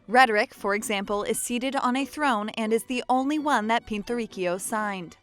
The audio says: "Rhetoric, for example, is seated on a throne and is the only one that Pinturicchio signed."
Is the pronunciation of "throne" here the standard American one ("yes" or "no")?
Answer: yes